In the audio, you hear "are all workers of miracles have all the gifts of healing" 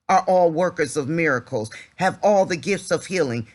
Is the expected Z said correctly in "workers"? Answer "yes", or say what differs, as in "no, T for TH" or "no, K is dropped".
yes